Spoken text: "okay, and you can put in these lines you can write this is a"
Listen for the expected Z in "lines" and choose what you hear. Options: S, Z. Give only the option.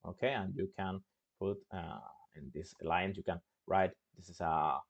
S